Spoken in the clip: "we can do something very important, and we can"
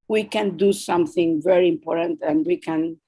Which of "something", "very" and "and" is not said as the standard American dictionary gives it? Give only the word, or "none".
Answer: none